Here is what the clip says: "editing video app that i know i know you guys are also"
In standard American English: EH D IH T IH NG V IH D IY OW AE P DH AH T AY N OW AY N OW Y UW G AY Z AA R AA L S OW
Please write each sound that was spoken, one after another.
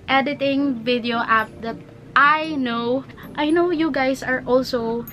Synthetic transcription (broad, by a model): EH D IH T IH NG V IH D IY OW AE P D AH T AY N OW AY N OW Y UW G AY S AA R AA L S OW